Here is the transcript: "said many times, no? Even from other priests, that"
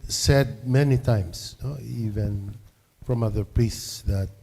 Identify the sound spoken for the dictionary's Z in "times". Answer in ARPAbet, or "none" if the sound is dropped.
S